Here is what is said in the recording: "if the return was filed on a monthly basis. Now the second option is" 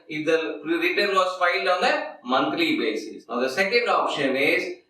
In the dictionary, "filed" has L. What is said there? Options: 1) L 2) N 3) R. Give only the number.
1